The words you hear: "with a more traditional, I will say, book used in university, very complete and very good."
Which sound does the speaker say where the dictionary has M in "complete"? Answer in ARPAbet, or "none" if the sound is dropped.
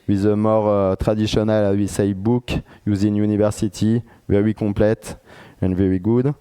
none